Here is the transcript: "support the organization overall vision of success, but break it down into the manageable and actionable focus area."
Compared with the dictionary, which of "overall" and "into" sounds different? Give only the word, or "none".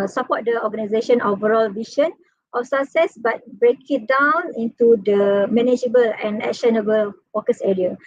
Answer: none